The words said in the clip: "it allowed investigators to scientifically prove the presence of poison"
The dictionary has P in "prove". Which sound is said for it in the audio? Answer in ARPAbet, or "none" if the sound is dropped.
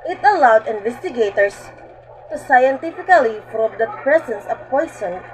F